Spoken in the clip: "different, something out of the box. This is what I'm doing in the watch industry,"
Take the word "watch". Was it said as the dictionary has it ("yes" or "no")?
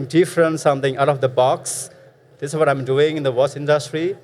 no